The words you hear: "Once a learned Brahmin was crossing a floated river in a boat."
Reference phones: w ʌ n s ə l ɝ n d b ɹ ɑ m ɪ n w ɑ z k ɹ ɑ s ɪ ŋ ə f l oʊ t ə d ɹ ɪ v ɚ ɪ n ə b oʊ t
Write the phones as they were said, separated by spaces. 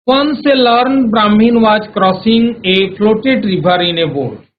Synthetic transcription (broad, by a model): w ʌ n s ə l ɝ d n b ɹ ɑ m ɪ n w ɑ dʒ k ɹ ɑ s ɪ ŋ ə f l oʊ t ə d ɹ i b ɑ ɪ n ə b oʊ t